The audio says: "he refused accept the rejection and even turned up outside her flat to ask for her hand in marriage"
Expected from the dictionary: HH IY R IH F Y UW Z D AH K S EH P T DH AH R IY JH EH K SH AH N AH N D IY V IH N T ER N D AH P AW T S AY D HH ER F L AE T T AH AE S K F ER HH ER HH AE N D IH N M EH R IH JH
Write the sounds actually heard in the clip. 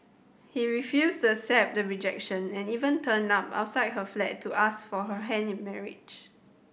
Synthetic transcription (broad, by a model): HH IY R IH F Y UW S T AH S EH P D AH R IY JH EH K SH AH N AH N IY V IH N T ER N AA P AW T S AY D HH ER F L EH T T AH S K F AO HH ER HH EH N IH N M EH R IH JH